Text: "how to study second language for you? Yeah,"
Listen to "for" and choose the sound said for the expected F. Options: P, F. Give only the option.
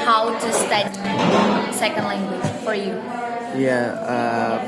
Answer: F